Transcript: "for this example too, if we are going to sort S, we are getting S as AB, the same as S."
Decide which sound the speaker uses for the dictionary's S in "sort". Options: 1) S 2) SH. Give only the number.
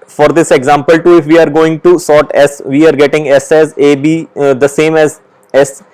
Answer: 1